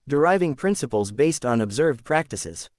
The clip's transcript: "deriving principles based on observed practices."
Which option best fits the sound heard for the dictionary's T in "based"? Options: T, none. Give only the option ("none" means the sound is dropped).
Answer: T